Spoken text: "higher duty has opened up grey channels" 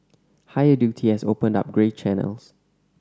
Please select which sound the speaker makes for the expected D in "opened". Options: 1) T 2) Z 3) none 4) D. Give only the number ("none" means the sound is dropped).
4